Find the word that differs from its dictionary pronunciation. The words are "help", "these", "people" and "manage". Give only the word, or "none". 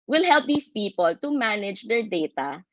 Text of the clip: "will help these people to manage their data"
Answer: these